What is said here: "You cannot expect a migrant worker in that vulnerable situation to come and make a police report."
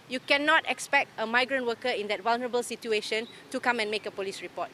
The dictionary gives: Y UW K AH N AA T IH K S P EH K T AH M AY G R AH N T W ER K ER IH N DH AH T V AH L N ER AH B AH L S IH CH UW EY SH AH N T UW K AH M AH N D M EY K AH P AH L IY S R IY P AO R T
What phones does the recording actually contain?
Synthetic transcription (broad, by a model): Y UW K AH N AA T IH K S P EH K T AH M AY G R AH N T W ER K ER IH N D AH T W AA L N ER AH B AH L S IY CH UW EY SH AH N T UW K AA M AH N M EY K AH P AH L IY S R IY P AO T